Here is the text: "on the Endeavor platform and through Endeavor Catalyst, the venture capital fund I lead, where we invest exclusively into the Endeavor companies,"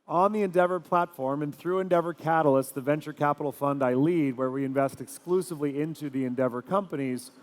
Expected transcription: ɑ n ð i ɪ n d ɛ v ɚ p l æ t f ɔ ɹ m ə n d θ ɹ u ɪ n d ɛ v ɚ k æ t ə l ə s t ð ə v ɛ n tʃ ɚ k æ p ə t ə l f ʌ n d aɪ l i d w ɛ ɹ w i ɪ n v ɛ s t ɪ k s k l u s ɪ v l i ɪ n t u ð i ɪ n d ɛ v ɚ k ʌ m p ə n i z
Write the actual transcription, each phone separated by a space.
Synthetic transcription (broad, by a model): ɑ n ð i ɪ n d ɛ v ɚ p l æ t f ɔ ɹ m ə n θ ɹ u ɪ n d ɛ v ɚ k æ t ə l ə s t ð ə v ɛ n tʃ ɚ k æ p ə t l f ʌ n d aɪ l i d w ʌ ɹ w i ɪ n v ɛ s t ɪ k s k l u s ɪ v l i ɪ n t u ð i ɪ n d ɛ v ɚ k ʌ m p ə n i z